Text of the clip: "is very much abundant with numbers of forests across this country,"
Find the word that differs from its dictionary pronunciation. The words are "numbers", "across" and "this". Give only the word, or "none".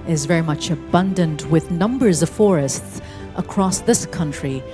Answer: none